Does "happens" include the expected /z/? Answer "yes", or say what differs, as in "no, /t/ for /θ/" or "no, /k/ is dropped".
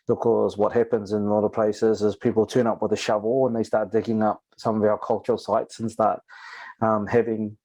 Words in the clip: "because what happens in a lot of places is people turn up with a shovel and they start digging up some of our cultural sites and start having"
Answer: yes